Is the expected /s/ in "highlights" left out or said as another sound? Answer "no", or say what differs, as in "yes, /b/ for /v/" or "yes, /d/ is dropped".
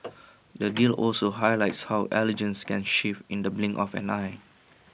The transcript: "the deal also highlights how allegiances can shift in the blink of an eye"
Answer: no